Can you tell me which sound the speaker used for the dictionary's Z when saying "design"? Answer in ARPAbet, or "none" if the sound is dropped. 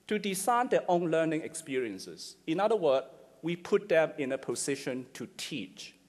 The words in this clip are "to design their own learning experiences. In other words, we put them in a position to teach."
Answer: S